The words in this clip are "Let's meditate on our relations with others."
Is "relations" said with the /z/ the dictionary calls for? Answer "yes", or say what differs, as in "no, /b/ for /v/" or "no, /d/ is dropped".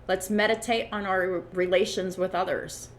yes